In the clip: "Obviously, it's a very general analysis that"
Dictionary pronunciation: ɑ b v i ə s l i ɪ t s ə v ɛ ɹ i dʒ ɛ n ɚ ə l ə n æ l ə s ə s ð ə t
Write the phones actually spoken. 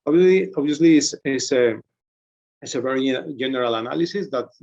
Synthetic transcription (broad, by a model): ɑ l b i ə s l i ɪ s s ə v ɛ ɹ i dʒ ɛ n ɚ ə l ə n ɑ l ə s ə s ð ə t